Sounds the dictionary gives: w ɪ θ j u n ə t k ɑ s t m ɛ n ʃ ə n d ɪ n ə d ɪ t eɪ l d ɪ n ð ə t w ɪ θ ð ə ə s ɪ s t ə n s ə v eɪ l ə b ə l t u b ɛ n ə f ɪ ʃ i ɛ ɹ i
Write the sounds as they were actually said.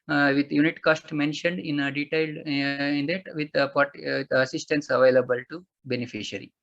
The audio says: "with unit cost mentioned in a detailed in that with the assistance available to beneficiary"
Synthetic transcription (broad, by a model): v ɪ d j u n ə t k ɑ s t m ɛ n ʃ ə n d ɪ n ə d ɪ t eɪ l d ɪ n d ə t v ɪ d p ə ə s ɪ s t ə n s ə v eɪ l ə b ə l t u b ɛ n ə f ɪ ʃ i ɹ i